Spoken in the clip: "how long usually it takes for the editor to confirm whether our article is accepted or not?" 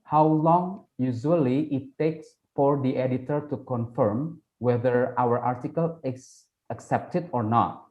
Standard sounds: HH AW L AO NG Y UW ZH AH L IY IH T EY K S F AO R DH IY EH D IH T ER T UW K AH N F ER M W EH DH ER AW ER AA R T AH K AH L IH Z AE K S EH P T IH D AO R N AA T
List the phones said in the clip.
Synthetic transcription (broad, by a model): HH AW L AO NG Y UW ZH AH L IY IH T EY K S F AO R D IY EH D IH T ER T UW K AH N F ER M W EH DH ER AW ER AA R T AH K AH L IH S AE K S EH P T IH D AO R N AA T